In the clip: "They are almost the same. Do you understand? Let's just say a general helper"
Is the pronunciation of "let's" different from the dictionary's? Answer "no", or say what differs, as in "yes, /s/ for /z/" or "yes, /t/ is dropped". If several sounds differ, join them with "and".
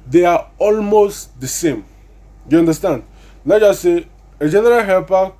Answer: yes, /n/ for /l/